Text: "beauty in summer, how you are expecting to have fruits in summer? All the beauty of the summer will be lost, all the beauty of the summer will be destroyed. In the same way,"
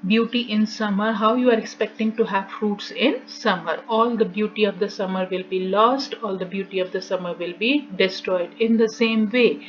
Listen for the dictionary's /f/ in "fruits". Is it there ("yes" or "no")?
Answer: yes